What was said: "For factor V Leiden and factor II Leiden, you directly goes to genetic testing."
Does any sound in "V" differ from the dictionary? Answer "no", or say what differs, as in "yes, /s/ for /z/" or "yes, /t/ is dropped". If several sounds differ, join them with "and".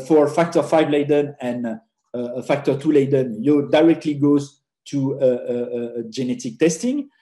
yes, /f/ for /v/